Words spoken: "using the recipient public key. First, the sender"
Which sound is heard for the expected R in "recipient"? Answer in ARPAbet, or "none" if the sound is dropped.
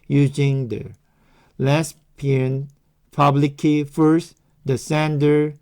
L